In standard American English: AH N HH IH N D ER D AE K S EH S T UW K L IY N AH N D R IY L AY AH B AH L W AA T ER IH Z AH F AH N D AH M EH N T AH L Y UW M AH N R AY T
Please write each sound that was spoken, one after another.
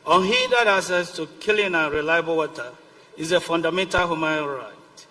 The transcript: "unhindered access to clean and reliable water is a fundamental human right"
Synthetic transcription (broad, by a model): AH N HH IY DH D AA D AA S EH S T UW K L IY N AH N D R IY L AY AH B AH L W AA T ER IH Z AH F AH N D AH M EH N T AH L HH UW M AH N R AY T